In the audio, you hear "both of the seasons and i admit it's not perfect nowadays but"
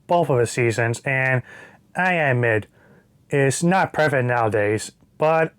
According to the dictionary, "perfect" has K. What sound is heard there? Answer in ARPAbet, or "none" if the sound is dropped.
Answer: none